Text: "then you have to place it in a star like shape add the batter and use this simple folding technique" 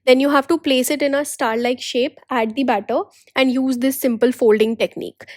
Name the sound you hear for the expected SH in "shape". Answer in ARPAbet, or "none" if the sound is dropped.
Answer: SH